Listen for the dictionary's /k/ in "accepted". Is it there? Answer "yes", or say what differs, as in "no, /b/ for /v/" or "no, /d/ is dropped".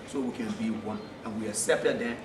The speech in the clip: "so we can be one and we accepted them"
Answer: no, /k/ is dropped